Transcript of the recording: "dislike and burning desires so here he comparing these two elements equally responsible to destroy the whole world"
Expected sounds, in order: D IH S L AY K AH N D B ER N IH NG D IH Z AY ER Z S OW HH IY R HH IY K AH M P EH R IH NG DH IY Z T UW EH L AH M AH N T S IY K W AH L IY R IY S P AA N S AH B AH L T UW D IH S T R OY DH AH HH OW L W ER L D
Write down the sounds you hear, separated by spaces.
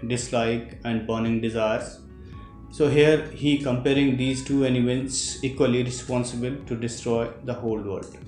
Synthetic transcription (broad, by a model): D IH S L AY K AH N D B ER N IH NG D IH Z AY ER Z S OW HH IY R HH IY K AH M P EH R IH NG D IY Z T UW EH N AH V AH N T S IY K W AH L IY R IY S P AA N S AH B AH L T UW D IH S T R OY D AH HH OW L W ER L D